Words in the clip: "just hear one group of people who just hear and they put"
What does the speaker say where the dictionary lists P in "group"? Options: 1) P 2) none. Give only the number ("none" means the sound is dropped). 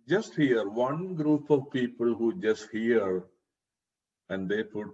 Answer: 1